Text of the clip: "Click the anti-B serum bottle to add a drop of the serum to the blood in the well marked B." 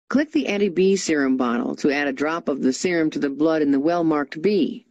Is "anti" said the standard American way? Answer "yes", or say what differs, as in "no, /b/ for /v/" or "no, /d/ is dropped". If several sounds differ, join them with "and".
no, /n/ is dropped